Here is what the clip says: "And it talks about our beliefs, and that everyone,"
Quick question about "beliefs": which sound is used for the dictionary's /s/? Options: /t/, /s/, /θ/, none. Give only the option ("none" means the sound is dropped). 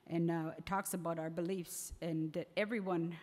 /s/